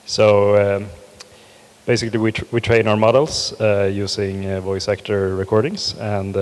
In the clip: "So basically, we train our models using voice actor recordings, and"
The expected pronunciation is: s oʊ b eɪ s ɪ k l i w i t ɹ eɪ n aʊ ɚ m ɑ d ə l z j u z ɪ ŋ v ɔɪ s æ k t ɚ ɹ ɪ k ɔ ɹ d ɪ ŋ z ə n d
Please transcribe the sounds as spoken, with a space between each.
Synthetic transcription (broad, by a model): s oʊ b eɪ s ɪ k l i w i t ɹ eɪ n aʊ ɚ m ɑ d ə l s j u s ɪ ŋ v ɔɪ s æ k t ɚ ɹ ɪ k ɔ ɹ d ɪ ŋ s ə n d